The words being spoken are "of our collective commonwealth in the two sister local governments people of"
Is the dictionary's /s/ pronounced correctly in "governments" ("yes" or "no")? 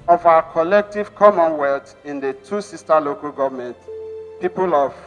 no